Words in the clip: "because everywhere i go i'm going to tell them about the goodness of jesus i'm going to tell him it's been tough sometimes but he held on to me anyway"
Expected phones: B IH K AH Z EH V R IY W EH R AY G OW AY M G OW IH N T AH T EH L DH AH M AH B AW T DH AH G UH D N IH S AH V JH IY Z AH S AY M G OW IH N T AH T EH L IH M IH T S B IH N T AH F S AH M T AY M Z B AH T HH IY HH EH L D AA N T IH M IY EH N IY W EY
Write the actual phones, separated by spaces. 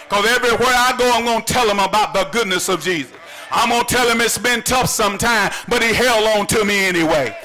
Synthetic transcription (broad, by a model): K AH Z EH V R IY W EH R AY G OW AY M G OW IH N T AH T EH L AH M AH B AW T DH AH G UH D N IH S AH V JH IY Z AH S AY M G OW IH N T T EH L IH M IH T S B IH N T AH F S AH M T AY M B AH T HH IY HH EH L D AA N T IH M IY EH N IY W EY